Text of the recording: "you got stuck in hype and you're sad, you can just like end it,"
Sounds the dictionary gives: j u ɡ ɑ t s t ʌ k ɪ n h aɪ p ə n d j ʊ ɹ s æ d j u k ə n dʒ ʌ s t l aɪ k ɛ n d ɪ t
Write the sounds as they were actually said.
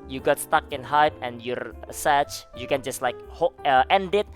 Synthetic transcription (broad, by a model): j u ɡ ɑ t s t ʌ k ɪ n h aɪ p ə n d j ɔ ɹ s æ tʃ j u k ə n dʒ ʌ s t l aɪ k ɛ n d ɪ t